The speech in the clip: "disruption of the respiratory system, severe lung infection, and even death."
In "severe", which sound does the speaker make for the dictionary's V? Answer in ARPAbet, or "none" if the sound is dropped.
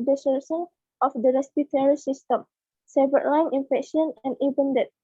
B